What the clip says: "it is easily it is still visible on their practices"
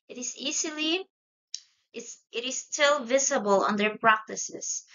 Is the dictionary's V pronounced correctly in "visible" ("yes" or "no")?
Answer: yes